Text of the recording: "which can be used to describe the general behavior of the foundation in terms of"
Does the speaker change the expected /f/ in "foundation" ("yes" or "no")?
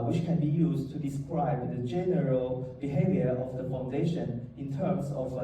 no